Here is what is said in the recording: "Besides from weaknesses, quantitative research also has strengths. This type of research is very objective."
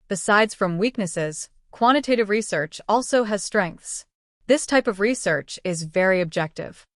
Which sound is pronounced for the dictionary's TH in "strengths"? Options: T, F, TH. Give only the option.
TH